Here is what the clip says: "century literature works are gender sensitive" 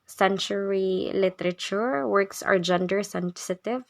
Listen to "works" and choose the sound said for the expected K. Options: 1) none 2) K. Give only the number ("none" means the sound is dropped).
2